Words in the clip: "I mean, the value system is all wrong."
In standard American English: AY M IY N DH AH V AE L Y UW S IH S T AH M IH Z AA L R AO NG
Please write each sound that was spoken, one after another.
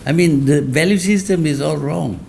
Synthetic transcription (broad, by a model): AY M IY N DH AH V AE L Y UW S IH S T AH M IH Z AA L R AO NG